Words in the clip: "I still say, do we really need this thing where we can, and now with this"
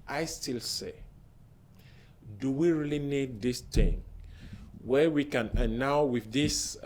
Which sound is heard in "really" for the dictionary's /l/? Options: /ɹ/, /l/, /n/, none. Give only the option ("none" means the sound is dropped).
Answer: /l/